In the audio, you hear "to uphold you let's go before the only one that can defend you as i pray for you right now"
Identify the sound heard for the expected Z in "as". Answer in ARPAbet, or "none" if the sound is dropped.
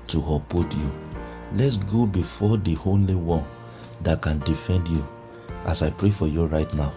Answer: S